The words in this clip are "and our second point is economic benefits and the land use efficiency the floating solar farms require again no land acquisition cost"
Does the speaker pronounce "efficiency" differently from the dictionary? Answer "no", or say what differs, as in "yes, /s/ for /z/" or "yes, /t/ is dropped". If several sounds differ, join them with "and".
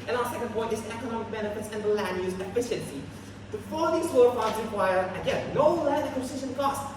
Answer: no